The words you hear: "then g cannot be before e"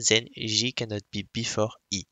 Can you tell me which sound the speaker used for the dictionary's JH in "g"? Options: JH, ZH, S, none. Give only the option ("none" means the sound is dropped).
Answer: ZH